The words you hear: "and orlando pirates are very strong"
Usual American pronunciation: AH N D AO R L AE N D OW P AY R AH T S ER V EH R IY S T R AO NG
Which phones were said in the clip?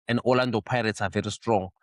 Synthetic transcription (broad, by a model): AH N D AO L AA N D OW P AY R AH T S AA V EH R IY S T R AO NG